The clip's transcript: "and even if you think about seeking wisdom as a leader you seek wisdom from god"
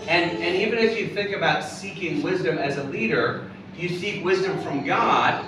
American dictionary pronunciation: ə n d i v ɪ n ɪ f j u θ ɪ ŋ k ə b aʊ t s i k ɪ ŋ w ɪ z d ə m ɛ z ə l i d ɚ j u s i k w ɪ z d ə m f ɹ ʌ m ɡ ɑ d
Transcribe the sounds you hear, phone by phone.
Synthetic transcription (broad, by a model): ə n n i v ɪ n ɪ f j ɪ θ ɪ ŋ k ə b aʊ t s i k ɪ ŋ w ɪ z d ə m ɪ z ə l i d ɚ j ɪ s i k w ɪ z d ə m f ɹ ʌ m ɡ ɑ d